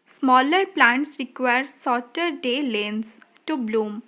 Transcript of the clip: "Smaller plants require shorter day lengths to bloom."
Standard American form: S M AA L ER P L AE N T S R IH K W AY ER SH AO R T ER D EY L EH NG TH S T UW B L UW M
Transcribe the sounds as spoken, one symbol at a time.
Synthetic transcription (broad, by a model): S M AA L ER P L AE N T S R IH K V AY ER S AO T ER D EY L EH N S T UW B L UW M